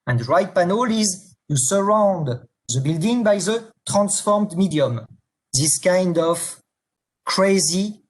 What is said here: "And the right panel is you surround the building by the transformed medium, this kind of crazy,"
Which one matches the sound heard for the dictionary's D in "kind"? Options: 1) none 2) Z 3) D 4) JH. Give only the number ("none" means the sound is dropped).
3